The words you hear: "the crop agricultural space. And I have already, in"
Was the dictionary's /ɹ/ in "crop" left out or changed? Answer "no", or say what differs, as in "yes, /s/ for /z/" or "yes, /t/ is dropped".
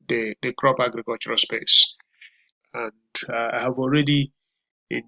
no